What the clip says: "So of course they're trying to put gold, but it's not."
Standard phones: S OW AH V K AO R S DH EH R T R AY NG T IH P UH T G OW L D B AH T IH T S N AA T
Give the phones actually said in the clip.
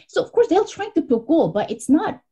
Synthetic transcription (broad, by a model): S OW AH V K AO R S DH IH L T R AY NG T IH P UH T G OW L B AH T IH T S N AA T